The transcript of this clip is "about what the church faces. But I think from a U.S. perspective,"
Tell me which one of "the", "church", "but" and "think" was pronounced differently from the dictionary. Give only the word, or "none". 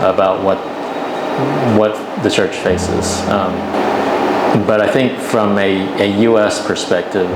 none